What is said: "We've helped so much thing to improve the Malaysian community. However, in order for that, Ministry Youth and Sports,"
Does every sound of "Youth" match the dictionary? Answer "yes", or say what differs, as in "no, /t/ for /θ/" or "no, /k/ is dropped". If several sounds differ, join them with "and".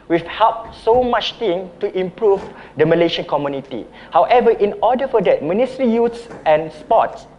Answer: no, /s/ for /θ/